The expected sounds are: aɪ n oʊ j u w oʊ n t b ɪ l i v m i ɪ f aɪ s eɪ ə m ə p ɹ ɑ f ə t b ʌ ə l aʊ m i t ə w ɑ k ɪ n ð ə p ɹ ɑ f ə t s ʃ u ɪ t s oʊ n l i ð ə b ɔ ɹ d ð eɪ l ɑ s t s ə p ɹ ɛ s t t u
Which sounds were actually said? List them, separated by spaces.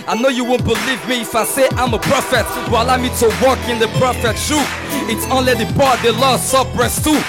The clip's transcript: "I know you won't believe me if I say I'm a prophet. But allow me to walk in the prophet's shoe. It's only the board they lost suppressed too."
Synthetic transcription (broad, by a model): aɪ n oʊ j u w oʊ n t b ɪ l i v m i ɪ f aɪ s eɪ ə m ə p ɹ ɑ f ə t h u ə l aʊ m i t ə w ɑ k ɪ n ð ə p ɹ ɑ f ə t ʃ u ɪ t s oʊ n l i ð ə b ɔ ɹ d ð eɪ l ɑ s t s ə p ɹ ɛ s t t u